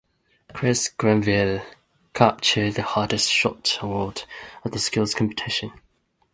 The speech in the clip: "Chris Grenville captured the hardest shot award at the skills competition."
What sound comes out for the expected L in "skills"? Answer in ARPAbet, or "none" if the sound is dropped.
L